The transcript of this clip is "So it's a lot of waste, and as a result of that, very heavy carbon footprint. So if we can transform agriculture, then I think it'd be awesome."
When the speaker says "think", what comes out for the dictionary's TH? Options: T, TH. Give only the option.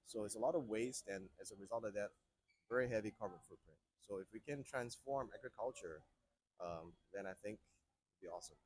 TH